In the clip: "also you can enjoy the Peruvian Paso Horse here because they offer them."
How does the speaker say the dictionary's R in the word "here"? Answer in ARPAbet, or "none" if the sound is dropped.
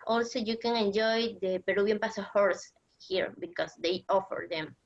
R